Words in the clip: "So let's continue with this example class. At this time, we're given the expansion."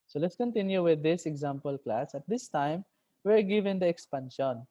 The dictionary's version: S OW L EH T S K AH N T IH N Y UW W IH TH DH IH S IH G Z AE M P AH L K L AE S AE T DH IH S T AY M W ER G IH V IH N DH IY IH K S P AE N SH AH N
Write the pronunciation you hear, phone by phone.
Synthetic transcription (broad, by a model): S OW L EH T S K AH N T IH N Y UW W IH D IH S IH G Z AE M P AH L K L AE S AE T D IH S T AY M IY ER G IH V IH N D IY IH K S P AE N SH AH N